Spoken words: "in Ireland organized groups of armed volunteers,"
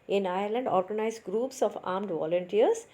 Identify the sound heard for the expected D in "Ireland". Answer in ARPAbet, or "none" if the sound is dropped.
D